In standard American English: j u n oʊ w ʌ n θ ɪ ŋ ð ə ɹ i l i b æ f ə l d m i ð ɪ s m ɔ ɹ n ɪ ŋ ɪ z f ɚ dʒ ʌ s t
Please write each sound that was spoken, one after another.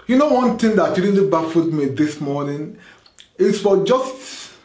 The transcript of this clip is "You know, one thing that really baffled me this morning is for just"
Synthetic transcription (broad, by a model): j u n oʊ w ʌ n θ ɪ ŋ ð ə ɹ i n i b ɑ f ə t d m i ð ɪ s m ɔ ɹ n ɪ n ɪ s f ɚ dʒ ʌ s t